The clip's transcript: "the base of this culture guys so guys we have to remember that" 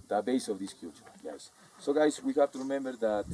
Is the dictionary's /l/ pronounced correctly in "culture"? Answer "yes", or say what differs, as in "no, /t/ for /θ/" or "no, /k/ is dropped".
no, /l/ is dropped